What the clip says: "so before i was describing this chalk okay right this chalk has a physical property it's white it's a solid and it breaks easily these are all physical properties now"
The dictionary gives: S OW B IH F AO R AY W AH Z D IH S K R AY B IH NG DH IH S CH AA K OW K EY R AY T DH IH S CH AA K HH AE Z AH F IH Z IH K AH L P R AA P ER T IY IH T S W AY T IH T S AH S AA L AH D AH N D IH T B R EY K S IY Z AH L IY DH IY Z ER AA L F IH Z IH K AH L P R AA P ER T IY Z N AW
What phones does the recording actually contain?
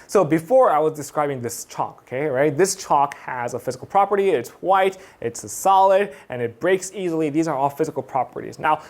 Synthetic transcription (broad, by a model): S OW B IH F AO R AY W AH Z D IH S K R AY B IH NG DH IH S CH AA K OW K EY R AY T DH IH S CH AA K HH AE Z AH F IH Z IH K L P R AA P ER T IY IH T S W AY T IH T S S AA L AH D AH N IH T B R EY K S IY Z L IY DH IY Z ER AA L F IH Z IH K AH L P R AA P ER T IY Z N AW